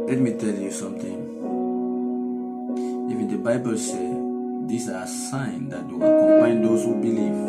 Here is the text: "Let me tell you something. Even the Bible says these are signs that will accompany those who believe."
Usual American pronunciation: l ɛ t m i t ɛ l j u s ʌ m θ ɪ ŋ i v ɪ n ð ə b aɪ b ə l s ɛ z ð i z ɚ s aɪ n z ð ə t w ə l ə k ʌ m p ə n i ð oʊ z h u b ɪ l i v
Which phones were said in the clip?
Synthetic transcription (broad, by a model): l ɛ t m i t ɛ l j u s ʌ m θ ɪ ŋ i f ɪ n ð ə b aɪ b ə l s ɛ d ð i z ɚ s aɪ n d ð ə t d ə w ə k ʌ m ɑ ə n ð oʊ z h u b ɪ l i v